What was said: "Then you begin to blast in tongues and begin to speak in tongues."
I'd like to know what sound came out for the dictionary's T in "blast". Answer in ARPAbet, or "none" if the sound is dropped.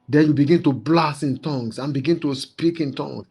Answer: none